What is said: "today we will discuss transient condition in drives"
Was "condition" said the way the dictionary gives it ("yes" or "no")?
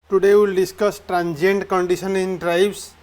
no